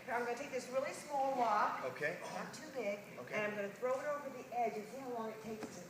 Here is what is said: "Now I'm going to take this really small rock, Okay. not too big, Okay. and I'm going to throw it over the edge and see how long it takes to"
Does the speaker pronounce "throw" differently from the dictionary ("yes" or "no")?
no